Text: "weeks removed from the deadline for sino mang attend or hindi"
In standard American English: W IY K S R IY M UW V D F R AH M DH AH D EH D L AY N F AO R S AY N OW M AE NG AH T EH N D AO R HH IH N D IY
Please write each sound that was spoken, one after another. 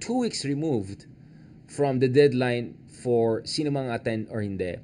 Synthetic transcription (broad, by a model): W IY K S R IY M UW V D F R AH M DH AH D EH D L AY N F AO R S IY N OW M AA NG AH T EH N AO R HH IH N D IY